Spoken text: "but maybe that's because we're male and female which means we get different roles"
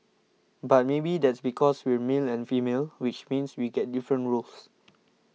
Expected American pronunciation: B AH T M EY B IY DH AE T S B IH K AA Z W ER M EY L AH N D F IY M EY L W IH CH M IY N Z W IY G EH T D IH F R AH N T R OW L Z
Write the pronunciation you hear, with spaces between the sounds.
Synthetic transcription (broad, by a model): B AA T M EY B IY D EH T S B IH K AA S W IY M EY L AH N F IY M EY L W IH CH M IY N S W IY G EH T D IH F R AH N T R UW L S